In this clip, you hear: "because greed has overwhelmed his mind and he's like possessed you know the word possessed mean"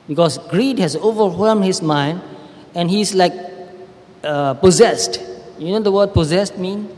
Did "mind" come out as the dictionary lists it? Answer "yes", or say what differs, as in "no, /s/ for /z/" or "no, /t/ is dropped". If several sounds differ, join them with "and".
yes